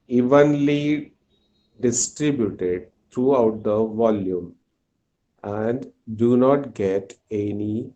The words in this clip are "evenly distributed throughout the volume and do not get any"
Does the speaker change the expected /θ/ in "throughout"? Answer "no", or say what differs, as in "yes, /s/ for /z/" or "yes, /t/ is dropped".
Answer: yes, /t/ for /θ/